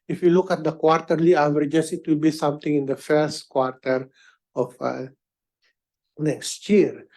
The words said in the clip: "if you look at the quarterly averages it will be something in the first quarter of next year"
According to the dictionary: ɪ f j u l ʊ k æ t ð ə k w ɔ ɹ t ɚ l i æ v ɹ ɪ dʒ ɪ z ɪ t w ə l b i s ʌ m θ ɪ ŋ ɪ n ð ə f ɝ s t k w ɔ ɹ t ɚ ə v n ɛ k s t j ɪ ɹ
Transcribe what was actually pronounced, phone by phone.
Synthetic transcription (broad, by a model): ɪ f j u l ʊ k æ t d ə k w ɔ ɹ t ɚ l i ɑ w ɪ dʒ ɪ s ɪ t w ə l b i s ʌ m t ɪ ŋ ɪ n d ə f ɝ s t k w ɔ ɹ t ɚ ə f n ɛ k s t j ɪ ɹ